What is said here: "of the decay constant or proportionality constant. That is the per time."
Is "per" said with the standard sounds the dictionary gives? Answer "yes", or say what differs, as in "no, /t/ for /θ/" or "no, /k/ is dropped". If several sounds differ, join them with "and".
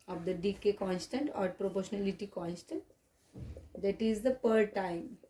yes